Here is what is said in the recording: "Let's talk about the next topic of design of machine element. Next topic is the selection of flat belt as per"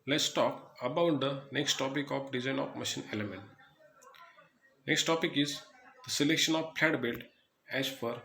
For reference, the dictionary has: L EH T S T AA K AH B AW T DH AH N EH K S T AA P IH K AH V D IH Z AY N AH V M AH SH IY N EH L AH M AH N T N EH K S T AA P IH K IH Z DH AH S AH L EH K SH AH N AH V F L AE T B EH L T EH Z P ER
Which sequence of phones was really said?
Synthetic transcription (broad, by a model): L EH T S T AA K AH B AW T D AH N EH K S T AA P IH K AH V D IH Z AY N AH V M AH SH IY N EH L AH M AH N T N EH K S T AA P IH K IH Z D AH S AH L EH K SH AH N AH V P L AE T B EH L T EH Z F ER